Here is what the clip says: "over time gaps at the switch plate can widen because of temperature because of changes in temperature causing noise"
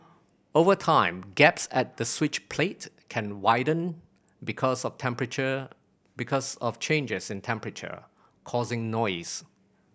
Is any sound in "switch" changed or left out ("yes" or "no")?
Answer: no